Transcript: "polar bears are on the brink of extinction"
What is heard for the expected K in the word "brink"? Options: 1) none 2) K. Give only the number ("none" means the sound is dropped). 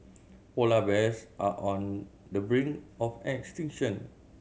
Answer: 1